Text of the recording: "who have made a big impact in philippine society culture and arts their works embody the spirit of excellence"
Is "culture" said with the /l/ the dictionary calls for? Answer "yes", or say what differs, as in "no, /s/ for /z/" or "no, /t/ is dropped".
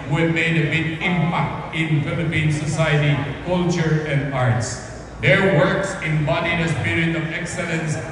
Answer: yes